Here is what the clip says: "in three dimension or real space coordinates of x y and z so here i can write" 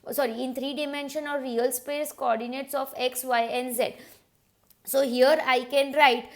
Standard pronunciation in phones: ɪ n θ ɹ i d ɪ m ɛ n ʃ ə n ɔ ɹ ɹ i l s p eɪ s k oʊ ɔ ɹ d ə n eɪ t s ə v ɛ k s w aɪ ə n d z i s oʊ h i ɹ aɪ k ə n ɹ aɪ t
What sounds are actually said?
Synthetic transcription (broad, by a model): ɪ n t ɹ i d ɪ m ɛ n ʃ ə n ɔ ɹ ɹ i l s p eɪ s k oʊ ɔ ɹ d ə n eɪ t s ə f ɛ k s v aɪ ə n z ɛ s oʊ h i ɹ aɪ k ə n ɹ aɪ t